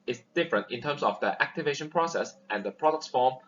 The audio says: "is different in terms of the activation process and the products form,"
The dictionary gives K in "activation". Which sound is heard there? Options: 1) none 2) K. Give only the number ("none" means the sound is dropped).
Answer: 2